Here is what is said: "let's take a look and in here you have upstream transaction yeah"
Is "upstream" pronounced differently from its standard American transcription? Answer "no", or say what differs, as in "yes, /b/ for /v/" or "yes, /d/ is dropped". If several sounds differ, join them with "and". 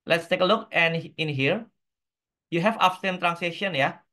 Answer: yes, /ɹ/ is dropped